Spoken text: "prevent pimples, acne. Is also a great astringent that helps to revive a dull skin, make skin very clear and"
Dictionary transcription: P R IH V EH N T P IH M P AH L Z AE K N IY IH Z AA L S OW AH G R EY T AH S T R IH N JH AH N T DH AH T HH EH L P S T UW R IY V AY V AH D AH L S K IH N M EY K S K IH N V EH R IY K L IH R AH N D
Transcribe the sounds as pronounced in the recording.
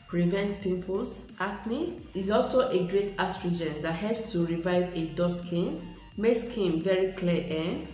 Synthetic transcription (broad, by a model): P R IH V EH N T P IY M P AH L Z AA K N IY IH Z AA L S OW AH G R EY T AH S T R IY JH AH N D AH T HH EH L P S T UW R IY V AY V AH D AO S K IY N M EY K S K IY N V EH R IY K L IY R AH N